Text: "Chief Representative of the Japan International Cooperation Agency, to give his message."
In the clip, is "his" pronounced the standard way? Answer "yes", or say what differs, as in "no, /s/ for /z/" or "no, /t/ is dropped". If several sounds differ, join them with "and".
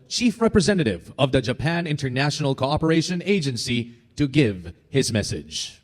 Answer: yes